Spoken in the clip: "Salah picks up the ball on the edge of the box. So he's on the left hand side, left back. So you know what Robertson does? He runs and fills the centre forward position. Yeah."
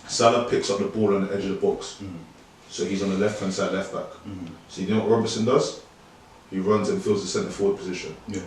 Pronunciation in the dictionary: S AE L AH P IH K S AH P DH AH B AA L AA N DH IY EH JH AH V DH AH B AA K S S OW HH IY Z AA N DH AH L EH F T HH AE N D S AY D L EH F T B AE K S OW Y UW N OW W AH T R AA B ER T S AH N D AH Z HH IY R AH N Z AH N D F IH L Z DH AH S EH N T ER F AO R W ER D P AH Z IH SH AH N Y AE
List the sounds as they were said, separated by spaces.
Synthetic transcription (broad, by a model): S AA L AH P IH K S AH P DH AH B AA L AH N DH IY EH JH AH V DH AH B AA K S S OW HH IY Z N DH AH L EH F T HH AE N S AY D L EH F T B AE K S OW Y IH N OW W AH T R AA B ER S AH N D AH Z HH IY R AH N Z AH N F IH L Z DH AH S EH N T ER F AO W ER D P AH Z IH SH AH N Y